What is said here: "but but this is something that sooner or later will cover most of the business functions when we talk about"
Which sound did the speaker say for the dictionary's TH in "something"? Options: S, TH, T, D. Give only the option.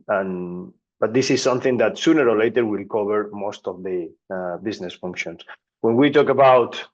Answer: TH